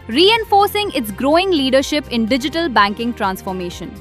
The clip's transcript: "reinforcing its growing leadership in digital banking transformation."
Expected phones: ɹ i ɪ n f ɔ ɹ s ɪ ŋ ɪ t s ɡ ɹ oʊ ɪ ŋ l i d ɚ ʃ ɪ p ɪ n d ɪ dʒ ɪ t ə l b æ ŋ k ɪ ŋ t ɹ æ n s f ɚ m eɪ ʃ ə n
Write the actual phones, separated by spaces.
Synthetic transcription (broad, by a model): ɹ i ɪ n f ɔ ɹ s ɪ ŋ ɪ t s ɡ ɹ oʊ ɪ ŋ l i d ɚ ʃ ɪ p ɪ n d ɪ dʒ ɪ t ə l b æ ŋ k ɪ ŋ t ɹ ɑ n s f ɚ m eɪ ʃ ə n